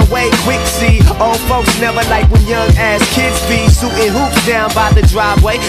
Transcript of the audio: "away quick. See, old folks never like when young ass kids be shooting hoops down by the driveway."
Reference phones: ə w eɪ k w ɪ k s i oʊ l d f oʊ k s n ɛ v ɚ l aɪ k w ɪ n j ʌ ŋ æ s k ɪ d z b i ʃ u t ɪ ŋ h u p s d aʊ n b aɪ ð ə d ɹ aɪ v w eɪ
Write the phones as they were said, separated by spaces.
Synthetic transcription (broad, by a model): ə w eɪ k w ɪ k s i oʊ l f oʊ k s n ɛ v ɚ l aɪ k w ɪ n j ʌ ŋ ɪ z k ɪ d z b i s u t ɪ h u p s d aʊ n b aɪ ð ə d ɹ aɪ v w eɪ